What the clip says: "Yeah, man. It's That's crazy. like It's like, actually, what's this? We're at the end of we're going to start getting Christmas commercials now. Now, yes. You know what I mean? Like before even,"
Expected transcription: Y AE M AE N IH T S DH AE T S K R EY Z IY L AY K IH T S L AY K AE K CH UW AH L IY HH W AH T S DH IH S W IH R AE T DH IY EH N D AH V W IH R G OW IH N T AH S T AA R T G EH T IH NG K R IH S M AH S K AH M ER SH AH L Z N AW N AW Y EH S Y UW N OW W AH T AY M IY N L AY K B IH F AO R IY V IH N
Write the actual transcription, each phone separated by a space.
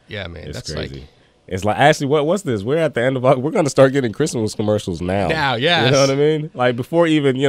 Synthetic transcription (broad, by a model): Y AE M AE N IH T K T K R EY Z IY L IH T S L AY K AE K CH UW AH W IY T W AH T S DH IH S W IH R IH T DH IY EH N D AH V W IH R G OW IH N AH S T AA R T G EH T IH NG K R IH S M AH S K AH M ER SH L Z N AW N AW Y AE Y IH N OW W AH T AY M IY N L AY K B IH F AO R IY V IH N